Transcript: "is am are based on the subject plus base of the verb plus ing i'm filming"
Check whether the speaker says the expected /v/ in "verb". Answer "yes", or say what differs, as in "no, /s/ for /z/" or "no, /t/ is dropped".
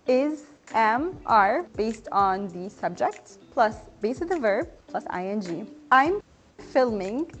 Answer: yes